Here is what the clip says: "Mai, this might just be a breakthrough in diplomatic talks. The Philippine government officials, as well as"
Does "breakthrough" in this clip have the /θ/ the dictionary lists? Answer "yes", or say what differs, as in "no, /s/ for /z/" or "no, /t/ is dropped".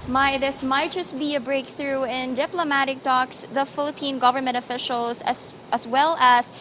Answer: yes